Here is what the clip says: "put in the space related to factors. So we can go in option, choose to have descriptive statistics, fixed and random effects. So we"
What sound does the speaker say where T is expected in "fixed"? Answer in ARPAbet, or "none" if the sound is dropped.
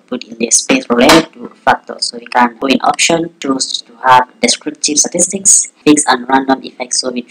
none